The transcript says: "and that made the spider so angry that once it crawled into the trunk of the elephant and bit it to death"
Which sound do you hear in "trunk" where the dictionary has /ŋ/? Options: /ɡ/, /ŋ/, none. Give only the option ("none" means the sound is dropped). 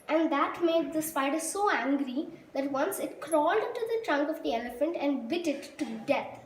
/ŋ/